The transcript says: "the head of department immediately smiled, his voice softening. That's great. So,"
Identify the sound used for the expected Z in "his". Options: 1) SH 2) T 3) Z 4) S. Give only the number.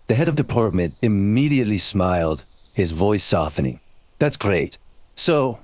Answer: 3